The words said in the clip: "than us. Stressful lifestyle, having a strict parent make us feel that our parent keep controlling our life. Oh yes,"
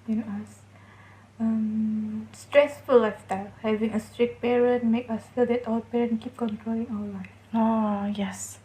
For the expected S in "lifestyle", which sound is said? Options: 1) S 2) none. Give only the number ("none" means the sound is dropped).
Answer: 2